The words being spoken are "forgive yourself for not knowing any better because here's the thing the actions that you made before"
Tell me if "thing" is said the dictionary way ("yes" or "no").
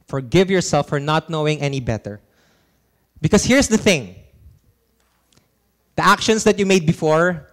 yes